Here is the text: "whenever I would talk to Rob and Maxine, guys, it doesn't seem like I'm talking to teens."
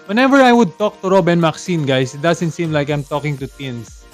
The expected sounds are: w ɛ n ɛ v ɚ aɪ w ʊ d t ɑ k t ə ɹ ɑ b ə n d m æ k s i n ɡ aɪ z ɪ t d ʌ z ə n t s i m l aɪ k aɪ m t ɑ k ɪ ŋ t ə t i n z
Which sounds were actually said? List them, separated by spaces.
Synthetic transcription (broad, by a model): w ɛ n ɛ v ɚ aɪ w ʊ d t ɑ k t ə ɹ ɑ b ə n m æ k s i n ɡ aɪ s ɪ t d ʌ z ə n t s i m l aɪ k aɪ m t ɑ k ɪ ŋ t ə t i n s